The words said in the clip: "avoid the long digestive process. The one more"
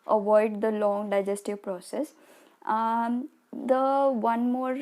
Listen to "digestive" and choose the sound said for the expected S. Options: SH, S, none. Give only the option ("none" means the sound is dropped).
S